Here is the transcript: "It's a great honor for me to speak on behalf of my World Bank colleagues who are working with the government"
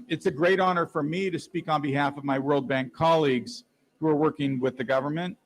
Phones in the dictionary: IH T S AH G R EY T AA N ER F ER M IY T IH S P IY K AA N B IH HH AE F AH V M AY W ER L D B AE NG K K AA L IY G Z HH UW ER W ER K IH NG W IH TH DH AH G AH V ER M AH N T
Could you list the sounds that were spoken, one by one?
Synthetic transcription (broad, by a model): IH T S AH G R EY T AA N ER F ER M IY T IH S P IY K N B IH HH AE F AH V M AY W ER L D B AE NG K K AA L IY G Z HH UW ER W ER K IH NG W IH DH AH G AH V ER M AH N T